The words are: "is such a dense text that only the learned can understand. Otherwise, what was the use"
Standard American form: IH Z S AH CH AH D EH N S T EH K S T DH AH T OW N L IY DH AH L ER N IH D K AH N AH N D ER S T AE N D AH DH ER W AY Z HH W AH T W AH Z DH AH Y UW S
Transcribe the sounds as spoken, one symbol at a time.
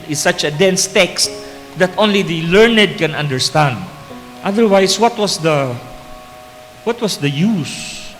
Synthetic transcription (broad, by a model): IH S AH CH AH D EH N S T EH K S T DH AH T OW N L IY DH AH L ER N IH D K AH N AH N D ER S T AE N D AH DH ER W AY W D W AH T W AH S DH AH Y UW S